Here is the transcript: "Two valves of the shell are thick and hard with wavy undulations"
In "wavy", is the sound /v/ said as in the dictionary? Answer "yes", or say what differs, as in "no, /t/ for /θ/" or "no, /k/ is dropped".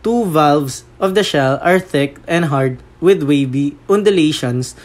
no, /b/ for /v/